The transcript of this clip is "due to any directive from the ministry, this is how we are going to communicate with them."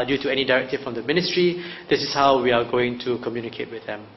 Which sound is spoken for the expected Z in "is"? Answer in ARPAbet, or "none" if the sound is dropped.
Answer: S